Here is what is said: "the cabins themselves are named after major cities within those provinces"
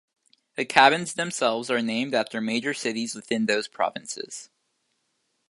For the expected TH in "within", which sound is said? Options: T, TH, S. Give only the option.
TH